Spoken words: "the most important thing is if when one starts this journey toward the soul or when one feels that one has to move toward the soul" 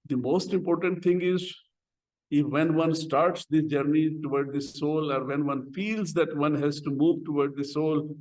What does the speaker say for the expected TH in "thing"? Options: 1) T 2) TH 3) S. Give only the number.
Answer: 1